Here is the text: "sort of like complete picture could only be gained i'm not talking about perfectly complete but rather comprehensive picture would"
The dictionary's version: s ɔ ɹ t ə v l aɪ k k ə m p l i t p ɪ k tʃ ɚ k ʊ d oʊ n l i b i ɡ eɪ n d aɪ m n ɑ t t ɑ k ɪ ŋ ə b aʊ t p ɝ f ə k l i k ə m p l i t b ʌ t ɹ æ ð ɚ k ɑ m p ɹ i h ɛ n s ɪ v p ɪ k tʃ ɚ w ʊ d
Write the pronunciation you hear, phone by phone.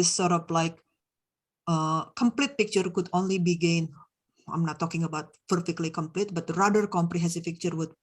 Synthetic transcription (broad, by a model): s ɔ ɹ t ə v l aɪ k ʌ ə m p l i t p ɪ k tʃ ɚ k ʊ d oʊ n l i b i ɡ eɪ n aɪ m n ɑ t t ɑ k ɪ ŋ ə b aʊ t p ɝ f ə k l i k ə m p l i t b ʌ t ɹ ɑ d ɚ k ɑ m p ɹ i h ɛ n s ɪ f p ɪ k tʃ ɚ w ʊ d